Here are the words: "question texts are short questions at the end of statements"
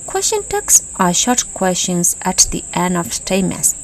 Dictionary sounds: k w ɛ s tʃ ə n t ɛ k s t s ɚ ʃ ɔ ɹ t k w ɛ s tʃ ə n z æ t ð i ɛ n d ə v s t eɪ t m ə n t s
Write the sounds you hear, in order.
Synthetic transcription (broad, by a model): k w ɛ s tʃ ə n t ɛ k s s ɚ ʃ ɔ ɹ t k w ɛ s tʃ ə n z æ t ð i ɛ n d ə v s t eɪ m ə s